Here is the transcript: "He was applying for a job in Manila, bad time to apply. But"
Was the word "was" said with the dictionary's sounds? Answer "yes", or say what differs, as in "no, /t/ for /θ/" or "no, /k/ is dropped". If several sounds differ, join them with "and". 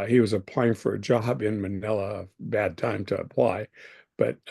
yes